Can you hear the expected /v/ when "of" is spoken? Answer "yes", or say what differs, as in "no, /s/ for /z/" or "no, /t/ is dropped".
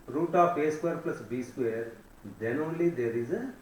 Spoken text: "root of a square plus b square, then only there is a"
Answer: no, /p/ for /v/